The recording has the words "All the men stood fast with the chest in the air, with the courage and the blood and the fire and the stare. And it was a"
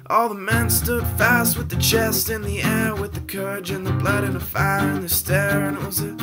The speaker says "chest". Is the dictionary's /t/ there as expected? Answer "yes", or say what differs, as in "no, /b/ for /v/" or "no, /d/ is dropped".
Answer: yes